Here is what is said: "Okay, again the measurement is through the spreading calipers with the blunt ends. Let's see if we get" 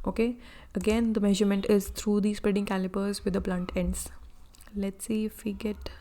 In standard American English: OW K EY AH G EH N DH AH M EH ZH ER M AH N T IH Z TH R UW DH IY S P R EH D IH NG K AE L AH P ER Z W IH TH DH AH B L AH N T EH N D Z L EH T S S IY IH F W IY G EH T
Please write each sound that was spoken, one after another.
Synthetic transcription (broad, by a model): OW K EY AH G EH N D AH M EH ZH ER M AH N T IH Z T R UW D IY S P R EH D IH NG K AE L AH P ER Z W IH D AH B L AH N T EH N D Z L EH T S S IY IH F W IY G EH T